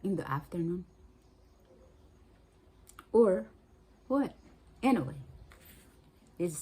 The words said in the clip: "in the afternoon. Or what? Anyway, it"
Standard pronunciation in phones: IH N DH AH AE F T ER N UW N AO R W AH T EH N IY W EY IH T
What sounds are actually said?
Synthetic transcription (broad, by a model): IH N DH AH AE F T ER N UW N AO R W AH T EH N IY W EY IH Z